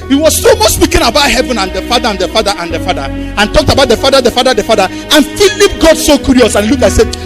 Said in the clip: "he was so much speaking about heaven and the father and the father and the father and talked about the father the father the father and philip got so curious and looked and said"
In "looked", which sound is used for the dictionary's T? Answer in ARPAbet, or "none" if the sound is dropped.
none